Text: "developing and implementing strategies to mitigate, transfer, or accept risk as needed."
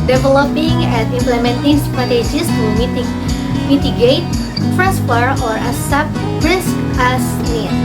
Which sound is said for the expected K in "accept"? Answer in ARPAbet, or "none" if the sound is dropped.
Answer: none